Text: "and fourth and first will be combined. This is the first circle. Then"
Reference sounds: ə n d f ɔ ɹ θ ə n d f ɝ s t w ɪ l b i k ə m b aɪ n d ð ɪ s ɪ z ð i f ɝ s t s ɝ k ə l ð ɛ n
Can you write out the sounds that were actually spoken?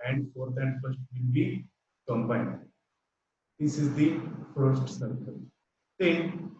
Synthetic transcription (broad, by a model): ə n d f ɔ ɹ t ə n d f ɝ s t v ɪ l b i k ə m b aɪ n d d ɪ s ɪ z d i f ɝ s t s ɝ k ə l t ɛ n